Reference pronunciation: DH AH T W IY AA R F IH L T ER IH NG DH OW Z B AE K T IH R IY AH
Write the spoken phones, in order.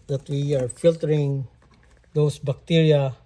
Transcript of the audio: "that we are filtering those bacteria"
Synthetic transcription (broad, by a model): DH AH T W IY AA R F IH L T ER IH NG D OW S B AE K T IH R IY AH